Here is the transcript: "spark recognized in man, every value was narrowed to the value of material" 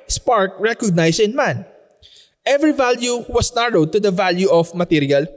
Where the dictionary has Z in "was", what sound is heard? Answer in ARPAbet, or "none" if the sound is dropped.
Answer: S